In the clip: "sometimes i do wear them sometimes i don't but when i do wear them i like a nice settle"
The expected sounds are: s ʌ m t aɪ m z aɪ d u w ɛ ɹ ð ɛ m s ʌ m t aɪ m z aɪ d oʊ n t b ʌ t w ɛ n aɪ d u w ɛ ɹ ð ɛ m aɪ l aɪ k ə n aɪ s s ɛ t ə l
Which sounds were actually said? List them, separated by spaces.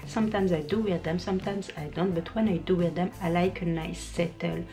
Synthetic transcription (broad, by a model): s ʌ m t aɪ m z aɪ d u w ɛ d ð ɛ m s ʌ m t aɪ m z aɪ d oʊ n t b ʌ t w ɛ n aɪ d u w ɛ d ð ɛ m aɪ l aɪ k ə n aɪ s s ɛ t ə l